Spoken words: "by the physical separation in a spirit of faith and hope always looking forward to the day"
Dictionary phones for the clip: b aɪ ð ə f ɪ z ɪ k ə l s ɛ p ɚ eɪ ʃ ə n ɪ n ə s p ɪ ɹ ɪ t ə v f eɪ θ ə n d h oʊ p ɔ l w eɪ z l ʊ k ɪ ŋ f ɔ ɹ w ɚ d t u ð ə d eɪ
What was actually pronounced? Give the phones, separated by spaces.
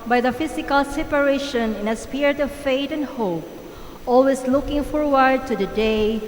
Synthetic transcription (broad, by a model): b aɪ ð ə f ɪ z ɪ k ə l s ɛ p ɚ eɪ ʃ ə n ɪ n ə s p ɪ ɹ ɪ t ə v f eɪ t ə n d h oʊ p ɔ l w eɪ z l ʊ k ɪ ŋ f ɔ ɹ w ɚ d t u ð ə d eɪ